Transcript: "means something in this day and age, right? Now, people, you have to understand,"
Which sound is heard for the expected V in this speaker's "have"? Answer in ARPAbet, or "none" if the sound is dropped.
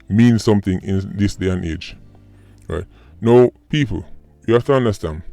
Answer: F